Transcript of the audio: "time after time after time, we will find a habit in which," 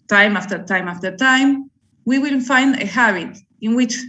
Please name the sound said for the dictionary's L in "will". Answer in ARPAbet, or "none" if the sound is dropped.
N